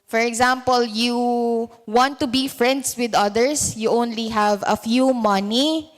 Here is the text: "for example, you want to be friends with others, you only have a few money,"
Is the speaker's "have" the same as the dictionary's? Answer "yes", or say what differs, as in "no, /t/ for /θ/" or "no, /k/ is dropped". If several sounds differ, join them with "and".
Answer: yes